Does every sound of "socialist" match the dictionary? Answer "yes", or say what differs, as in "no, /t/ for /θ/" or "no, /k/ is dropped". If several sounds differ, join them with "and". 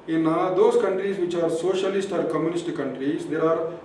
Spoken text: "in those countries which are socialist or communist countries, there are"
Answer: yes